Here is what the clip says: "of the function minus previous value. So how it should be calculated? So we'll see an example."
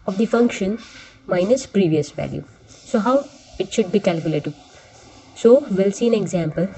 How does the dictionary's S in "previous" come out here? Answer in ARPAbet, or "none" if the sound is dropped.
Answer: S